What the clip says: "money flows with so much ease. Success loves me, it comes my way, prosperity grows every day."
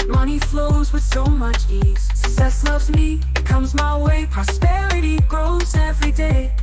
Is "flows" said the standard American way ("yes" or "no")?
yes